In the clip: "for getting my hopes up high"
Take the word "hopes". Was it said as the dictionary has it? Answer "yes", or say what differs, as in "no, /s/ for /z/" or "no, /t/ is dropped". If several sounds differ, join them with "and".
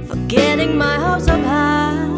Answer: no, /p/ is dropped